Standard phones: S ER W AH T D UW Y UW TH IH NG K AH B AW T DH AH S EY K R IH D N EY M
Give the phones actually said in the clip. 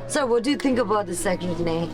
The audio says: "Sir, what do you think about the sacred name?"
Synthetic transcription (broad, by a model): S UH W AH T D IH Y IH TH IH NG K AH B AW T DH AH S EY K IH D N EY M